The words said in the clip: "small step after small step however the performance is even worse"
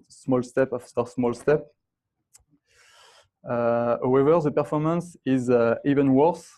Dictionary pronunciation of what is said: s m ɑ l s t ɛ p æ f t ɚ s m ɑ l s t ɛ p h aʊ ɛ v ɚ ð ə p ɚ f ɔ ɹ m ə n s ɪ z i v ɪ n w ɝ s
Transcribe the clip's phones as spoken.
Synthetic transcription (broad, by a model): s m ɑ l s t ɛ p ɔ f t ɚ s m ɑ l s t ɛ p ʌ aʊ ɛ v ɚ ð ə p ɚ f ɔ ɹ m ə n s ɪ z i v ɪ n w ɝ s